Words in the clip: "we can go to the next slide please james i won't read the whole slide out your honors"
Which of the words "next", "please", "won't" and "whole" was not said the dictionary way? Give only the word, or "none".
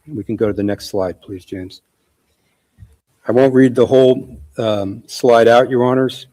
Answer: none